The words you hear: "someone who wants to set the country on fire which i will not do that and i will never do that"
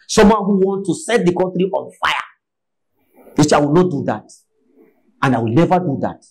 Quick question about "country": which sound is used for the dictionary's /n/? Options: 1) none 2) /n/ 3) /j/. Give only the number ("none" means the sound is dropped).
1